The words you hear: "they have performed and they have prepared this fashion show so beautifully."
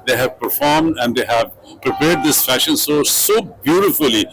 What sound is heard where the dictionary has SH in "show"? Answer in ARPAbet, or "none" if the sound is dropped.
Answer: S